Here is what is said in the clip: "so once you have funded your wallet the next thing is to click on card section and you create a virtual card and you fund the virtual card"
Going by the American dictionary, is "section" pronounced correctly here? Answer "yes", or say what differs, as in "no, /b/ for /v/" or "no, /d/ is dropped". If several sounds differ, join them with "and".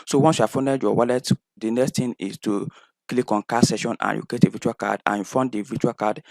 no, /k/ is dropped